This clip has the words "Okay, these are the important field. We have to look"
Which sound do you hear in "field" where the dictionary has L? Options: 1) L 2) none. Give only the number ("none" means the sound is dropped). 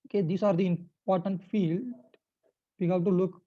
1